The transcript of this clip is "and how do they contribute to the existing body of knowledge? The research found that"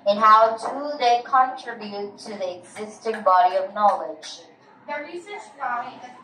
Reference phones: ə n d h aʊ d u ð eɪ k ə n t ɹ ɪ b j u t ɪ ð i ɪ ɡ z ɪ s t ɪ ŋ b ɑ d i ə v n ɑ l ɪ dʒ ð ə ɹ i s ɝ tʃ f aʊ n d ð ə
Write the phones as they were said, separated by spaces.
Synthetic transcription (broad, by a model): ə n h aʊ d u ð eɪ k ə n t ɹ ɪ b j u t ɪ ð i ɪ ɡ z ɪ s t ɪ ŋ b ɑ d i ə v n ɑ l ɪ dʒ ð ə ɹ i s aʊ